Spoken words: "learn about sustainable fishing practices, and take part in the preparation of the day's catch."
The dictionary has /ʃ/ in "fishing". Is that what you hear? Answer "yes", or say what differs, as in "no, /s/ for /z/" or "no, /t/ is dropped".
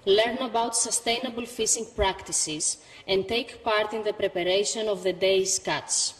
no, /s/ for /ʃ/